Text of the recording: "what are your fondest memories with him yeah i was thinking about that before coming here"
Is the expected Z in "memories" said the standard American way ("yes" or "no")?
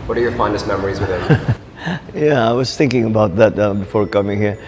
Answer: yes